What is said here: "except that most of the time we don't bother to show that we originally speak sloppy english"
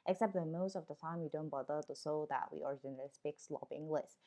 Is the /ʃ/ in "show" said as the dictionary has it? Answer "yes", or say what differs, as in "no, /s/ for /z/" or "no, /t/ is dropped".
no, /s/ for /ʃ/